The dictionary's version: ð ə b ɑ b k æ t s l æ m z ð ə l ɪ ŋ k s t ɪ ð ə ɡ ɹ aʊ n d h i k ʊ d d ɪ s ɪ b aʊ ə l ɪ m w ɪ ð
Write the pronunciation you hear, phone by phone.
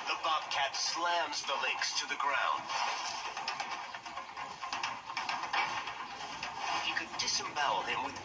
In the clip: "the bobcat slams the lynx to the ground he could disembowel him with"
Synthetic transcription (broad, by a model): ð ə b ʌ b k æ t s l æ m z ð ə l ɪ k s t ɪ ð ə ɡ ɹ aʊ n d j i k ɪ d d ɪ s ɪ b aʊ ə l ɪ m w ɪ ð